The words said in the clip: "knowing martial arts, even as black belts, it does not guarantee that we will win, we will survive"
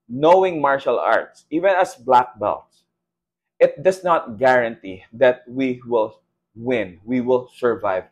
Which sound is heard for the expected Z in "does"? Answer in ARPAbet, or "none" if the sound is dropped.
S